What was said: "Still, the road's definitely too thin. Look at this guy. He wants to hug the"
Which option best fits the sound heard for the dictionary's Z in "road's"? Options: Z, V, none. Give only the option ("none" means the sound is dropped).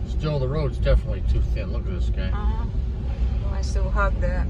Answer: Z